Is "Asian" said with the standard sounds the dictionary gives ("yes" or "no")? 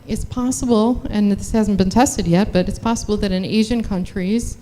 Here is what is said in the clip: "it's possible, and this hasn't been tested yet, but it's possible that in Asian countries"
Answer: yes